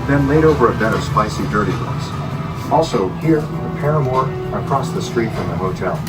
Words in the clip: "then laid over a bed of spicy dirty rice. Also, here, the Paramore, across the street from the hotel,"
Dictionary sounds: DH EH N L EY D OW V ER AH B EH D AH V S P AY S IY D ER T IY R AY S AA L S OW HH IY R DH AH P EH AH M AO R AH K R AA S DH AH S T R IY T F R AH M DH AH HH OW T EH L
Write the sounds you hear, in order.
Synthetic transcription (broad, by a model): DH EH N L EY D OW V ER AH B EH D AH V S P AY S IY D ER T IY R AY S AA L S OW HH IY R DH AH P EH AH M AO R AH K R AA S DH AH S T R IY T F R AH M DH AH HH OW T EH L